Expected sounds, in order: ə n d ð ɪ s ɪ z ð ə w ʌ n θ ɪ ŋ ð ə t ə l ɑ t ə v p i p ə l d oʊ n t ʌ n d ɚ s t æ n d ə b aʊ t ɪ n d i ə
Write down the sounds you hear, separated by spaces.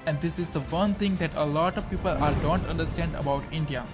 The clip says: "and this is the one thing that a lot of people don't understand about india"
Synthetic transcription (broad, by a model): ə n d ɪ s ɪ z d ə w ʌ n t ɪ ŋ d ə t ə l ɑ t ə v p i p ə l d oʊ n t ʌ n d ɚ s t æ n d ə b aʊ t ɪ n d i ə